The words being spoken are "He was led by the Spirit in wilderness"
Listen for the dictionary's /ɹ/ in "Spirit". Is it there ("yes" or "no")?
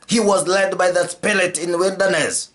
no